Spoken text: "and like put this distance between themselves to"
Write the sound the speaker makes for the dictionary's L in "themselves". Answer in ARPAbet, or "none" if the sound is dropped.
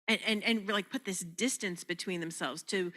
L